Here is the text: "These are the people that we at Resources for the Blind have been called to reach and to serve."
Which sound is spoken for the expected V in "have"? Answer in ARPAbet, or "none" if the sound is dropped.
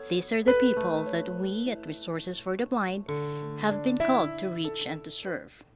V